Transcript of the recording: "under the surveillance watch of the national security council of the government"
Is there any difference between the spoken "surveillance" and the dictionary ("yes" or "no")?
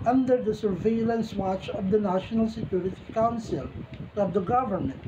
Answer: no